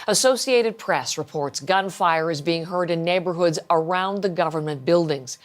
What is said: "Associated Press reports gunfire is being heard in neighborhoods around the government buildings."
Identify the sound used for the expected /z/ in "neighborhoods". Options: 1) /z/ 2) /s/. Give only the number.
1